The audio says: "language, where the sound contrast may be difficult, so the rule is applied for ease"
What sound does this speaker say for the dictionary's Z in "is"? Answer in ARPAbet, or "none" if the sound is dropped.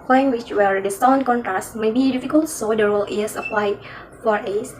S